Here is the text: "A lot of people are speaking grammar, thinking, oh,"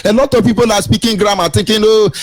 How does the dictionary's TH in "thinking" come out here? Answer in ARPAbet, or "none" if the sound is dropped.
T